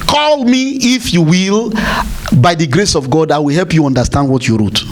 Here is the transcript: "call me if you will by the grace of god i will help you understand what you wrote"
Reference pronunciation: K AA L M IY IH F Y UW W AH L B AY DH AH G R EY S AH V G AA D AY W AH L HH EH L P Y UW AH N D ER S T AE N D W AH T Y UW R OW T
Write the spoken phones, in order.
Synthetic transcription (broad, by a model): K AA L M IY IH F Y UW W AH L B AY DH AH G R EY S AH V G AA D AY W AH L HH EH L P Y UW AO N D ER S T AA N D W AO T Y UW R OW T